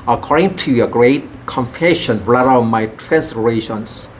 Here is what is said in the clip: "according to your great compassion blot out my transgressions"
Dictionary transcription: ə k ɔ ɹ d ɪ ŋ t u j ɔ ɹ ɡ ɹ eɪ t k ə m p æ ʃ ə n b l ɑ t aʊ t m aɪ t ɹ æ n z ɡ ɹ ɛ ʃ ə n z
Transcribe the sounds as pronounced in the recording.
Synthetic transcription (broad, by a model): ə k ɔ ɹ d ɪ ŋ t u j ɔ ɡ ɹ eɪ t k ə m f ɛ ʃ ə n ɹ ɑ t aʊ m aɪ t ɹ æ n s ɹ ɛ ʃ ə n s